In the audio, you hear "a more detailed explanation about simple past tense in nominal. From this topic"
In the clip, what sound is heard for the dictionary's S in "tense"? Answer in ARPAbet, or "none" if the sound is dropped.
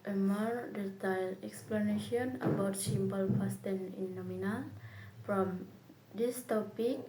none